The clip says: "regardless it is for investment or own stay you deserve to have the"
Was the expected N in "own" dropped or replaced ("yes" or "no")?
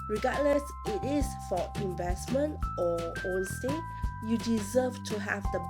yes